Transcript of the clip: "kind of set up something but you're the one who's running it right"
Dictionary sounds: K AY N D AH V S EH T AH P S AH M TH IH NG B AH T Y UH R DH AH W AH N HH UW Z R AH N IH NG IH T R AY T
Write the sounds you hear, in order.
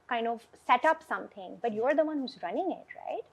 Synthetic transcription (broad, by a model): K AY N D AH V S EH T AH P S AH M T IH NG B AH T Y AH R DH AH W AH N HH UW Z R AH N IH NG IH T R AY T